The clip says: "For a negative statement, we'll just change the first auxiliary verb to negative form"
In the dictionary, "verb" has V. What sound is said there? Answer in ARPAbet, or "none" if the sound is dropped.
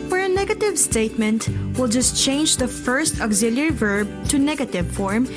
V